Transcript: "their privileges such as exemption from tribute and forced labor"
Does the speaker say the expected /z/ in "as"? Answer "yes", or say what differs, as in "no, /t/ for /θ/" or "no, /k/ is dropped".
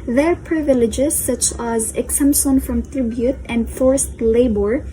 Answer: yes